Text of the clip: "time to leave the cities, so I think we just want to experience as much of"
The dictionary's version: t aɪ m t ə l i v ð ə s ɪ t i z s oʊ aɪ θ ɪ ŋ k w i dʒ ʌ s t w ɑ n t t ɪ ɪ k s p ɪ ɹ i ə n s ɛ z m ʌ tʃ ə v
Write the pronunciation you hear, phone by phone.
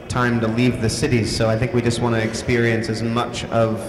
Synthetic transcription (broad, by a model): t aɪ m t ə l i v ð ə s ɪ t i z s oʊ aɪ θ ɪ ŋ k w i dʒ ʌ s t w ɑ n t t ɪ ɪ k s p ɪ ɹ i ə n s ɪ z m ʌ tʃ ə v